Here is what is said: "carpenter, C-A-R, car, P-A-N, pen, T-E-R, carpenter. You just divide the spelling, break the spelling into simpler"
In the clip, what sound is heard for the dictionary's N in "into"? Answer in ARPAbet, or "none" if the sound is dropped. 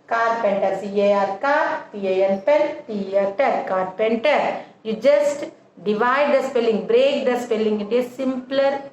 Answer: none